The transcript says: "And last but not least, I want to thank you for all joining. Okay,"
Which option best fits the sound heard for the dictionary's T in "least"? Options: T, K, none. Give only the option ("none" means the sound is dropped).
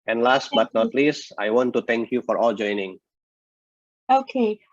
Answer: none